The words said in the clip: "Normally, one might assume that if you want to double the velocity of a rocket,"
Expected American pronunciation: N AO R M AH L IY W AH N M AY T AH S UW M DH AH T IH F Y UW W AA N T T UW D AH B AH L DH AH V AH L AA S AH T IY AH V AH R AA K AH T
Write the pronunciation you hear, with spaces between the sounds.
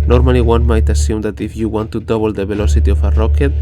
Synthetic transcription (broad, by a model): N AO R M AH L IY W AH N M AY T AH S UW M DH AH T IH F Y UW W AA N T T UW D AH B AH L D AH B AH L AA S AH T IY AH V AH R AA K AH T